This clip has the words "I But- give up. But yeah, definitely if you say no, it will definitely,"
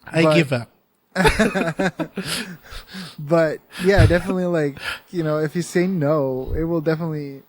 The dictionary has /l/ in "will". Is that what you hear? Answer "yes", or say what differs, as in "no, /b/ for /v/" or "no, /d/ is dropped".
yes